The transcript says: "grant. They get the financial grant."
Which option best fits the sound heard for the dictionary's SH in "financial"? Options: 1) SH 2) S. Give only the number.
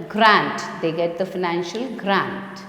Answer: 1